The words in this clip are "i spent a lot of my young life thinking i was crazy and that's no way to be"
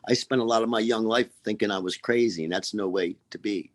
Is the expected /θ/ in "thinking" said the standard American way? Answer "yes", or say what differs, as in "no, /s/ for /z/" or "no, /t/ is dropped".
yes